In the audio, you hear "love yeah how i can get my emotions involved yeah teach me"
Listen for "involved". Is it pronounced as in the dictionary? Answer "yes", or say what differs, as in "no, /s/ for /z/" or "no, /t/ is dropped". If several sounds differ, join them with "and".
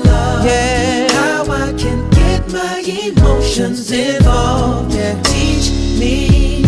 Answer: no, /n/ is dropped